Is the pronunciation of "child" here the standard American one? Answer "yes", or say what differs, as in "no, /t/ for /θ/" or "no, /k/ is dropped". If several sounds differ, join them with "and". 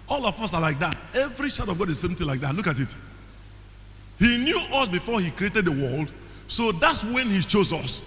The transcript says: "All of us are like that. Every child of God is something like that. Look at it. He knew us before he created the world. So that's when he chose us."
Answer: no, /l/ is dropped